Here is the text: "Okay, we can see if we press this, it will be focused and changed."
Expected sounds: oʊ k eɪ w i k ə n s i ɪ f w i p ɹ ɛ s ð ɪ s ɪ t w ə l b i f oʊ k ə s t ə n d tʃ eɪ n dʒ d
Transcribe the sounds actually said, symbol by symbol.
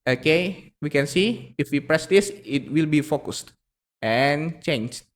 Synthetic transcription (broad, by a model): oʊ k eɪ w i k ə n s i ɪ f w i p ɹ ɛ s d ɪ s ɪ t w ə l b i f oʊ k ə s t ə n tʃ eɪ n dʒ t